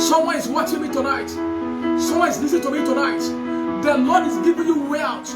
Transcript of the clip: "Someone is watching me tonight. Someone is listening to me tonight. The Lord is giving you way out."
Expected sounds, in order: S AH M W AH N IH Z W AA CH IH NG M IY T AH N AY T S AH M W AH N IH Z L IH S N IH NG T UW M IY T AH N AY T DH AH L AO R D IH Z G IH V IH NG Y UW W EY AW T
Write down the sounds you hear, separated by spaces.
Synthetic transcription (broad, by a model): S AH M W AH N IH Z W AA CH IH NG M IY T AH N AY T S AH M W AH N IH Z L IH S IH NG T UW M IY T AH N AY T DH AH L AO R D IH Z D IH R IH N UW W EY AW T